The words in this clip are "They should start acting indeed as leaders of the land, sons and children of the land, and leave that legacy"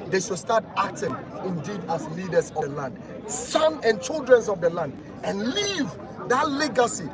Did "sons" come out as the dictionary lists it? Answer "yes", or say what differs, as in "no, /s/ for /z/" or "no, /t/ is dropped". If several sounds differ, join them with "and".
no, /z/ is dropped